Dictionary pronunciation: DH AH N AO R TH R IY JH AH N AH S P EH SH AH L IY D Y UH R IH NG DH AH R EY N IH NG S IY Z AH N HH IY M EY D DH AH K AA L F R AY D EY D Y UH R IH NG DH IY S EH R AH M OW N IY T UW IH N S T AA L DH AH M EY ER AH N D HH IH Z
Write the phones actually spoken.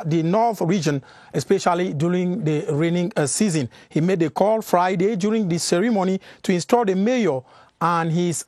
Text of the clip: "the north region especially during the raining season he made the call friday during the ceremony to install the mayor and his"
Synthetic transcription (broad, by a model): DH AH N AO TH R IY JH AH N AH S P EH SH AH L IY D Y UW R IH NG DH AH R EY N IH NG S IY Z AH N HH IY M EY D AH K AA L F R AY D EY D Y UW R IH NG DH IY S EH R AH M OW N IY T UW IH N S T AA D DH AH M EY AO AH N HH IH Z